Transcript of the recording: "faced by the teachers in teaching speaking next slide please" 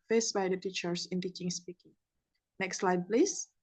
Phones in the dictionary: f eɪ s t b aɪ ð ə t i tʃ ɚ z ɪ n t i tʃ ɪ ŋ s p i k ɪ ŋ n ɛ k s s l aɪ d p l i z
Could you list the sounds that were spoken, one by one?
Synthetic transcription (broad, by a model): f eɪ s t b aɪ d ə t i tʃ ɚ s ɪ n t i tʃ ɪ ŋ s p i k ɪ ŋ n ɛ k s s l aɪ d p l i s